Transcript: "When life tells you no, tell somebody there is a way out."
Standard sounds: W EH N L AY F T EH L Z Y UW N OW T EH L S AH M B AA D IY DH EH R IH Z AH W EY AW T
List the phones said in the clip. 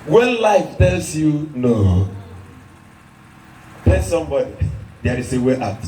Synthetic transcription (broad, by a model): W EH N L AY F T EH L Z Y UW N OW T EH S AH M B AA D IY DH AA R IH S AH W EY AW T